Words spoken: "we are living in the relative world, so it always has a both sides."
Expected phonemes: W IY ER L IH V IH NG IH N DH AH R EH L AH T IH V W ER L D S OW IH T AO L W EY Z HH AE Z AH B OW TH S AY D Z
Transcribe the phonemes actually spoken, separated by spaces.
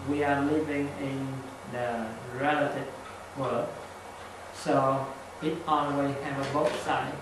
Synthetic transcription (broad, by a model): W IY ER L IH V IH NG IH N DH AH R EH L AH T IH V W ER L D S OW IH T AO N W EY HH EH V AH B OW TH S AY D